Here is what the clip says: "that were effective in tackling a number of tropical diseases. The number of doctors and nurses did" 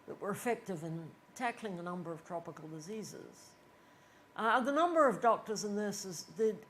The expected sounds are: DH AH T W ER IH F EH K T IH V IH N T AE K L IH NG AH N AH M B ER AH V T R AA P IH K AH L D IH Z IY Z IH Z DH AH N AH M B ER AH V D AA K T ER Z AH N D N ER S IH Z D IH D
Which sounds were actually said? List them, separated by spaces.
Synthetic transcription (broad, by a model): DH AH T W ER IH F EH K T IH V IH N T AE K L IH NG AH N AH M B ER AH V T R AA P IH K AH L D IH Z IY Z IH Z DH AH N AH M B ER AH V D AA K T ER Z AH N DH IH S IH Z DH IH